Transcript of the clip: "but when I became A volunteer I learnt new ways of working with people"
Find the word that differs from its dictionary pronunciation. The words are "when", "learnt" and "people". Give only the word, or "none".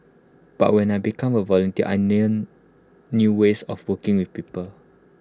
learnt